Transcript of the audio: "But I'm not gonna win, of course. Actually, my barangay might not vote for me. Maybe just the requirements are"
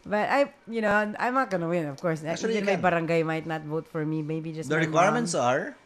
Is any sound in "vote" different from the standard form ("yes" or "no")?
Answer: no